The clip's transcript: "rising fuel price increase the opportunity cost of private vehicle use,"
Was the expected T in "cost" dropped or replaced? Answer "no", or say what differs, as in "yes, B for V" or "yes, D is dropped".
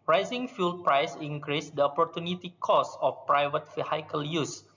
yes, T is dropped